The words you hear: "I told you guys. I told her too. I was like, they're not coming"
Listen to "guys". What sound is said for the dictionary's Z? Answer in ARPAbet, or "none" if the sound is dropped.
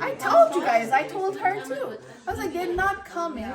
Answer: Z